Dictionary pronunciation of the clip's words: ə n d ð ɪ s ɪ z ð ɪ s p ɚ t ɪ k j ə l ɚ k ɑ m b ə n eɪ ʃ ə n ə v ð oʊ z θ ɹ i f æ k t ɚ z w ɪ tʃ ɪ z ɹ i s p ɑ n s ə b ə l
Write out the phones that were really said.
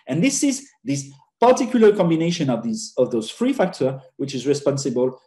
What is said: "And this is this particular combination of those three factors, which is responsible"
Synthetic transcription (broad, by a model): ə n ð ɪ s ɪ z ð ɪ s p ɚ t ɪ k j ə l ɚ k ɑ m b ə n eɪ ʃ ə n ə v ð oʊ z f ɹ i f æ k t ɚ w ɪ tʃ ɪ z ɹ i s p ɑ n s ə b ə l